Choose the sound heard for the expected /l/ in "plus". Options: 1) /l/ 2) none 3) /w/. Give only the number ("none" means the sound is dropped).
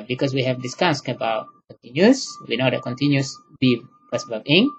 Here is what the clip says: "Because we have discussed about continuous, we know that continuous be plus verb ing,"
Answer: 2